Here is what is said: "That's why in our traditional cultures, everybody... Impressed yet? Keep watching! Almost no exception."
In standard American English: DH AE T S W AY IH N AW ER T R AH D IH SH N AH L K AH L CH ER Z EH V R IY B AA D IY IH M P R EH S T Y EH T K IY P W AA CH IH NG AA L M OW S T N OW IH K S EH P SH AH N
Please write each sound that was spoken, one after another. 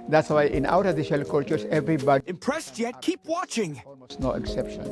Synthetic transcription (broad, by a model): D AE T S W AY IH N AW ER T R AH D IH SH AH L K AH L CH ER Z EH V R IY B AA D IH M P R EH S T Y EH T K IY P W AA CH IH NG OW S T N OW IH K S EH P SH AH N